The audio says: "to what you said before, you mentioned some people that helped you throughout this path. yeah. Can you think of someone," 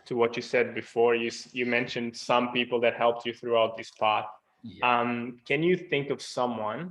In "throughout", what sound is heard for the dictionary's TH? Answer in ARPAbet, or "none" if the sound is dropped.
TH